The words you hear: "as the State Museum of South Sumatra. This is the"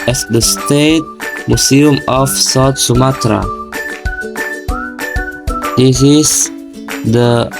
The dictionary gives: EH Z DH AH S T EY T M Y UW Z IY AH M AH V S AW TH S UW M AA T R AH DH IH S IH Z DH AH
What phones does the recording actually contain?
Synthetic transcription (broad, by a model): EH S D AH S T EY T M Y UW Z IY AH M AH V S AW T S UW M AA T R AH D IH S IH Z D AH